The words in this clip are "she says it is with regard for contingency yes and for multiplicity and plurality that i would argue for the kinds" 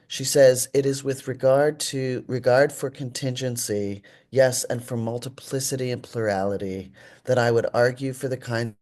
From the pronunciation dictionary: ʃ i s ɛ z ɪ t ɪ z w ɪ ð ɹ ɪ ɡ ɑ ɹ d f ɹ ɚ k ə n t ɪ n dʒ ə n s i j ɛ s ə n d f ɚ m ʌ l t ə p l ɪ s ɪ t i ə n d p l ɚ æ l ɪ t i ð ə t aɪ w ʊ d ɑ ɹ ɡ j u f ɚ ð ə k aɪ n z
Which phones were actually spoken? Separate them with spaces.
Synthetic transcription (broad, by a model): ʃ i s ɛ z ɪ t ɪ z w ɪ ð ɹ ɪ ɡ ɑ ɹ d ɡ ɹ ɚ k ə n t ɪ n dʒ ə n s i j ɛ s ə n f ɚ m ʌ l t ə p l ɪ s ɪ t i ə n p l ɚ æ l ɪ t i ð ə t aɪ w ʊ d ɑ ɹ ɡ j u f ɚ ð ə k aɪ n